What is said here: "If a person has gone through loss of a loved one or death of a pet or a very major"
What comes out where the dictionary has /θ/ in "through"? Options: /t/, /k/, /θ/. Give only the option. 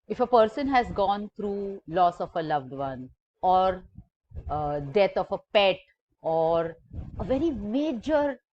/t/